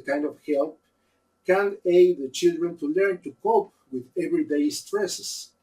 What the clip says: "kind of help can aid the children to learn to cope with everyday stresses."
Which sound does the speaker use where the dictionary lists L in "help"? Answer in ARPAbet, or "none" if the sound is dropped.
L